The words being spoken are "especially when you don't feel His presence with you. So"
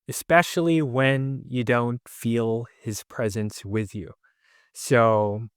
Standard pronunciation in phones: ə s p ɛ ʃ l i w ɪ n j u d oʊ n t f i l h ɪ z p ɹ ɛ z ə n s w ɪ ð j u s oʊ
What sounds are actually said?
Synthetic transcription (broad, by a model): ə s p ɛ ʃ l i w ɪ n j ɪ d oʊ n t f i l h ɪ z p ɹ ɛ z ə n s w ɪ ð j u s oʊ